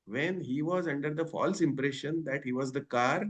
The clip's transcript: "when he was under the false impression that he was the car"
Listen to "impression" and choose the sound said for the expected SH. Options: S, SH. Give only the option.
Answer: SH